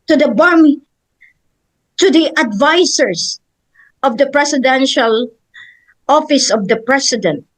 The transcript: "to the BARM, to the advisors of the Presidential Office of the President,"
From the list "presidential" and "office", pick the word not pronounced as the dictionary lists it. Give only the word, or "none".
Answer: presidential